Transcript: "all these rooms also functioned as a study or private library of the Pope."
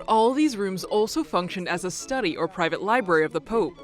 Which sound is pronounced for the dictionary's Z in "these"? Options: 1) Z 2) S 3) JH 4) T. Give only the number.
1